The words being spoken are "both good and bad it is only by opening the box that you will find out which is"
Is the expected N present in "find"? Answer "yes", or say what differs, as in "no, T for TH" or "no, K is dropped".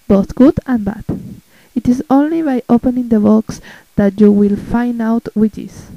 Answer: yes